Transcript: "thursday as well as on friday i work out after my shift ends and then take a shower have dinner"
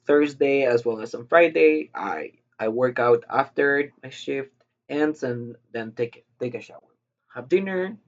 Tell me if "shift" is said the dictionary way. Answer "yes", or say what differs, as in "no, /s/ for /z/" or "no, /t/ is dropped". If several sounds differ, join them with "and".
yes